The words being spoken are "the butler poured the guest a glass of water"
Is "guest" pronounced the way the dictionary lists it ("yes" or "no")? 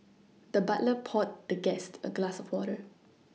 yes